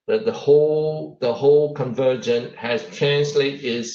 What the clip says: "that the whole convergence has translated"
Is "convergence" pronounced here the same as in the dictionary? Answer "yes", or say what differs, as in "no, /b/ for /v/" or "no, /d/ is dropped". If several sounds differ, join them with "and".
no, /s/ is dropped